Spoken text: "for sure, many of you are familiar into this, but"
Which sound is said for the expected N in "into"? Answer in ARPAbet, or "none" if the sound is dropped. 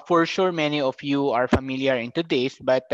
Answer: N